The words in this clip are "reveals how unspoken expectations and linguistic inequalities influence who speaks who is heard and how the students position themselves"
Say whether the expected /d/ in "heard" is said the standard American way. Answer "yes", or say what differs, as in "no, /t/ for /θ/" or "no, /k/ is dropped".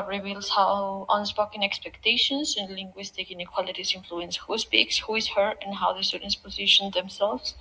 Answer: no, /d/ is dropped